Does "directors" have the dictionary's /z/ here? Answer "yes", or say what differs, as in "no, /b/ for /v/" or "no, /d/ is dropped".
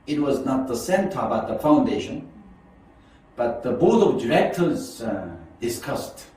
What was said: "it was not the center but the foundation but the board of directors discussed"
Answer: yes